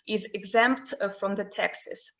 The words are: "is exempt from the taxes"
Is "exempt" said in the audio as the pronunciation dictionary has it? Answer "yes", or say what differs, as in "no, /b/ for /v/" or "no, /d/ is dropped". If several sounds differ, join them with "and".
yes